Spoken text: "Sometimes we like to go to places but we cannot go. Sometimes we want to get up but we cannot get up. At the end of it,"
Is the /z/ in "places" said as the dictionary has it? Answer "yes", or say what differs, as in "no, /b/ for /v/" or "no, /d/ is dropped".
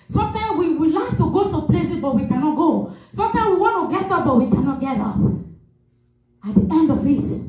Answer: no, /z/ is dropped